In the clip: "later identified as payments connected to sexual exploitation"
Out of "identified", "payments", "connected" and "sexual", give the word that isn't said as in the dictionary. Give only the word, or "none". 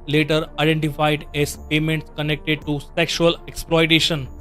none